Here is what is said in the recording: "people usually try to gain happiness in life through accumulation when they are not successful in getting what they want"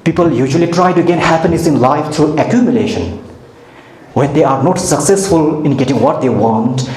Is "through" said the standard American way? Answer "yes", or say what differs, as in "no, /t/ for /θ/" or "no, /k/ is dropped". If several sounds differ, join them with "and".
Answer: no, /t/ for /θ/